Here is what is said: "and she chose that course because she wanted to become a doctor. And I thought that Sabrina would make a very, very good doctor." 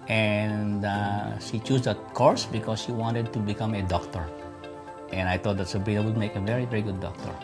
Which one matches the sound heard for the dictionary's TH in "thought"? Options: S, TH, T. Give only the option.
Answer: T